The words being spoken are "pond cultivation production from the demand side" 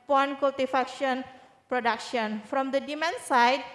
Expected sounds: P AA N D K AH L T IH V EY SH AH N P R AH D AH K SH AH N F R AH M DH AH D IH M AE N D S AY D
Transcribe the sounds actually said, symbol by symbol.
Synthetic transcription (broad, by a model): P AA N K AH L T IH F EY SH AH N P R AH D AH K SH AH N F R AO M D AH D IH M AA N S AY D